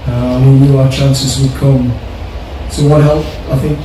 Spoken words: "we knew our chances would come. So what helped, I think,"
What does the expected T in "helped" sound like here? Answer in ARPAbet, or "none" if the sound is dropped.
none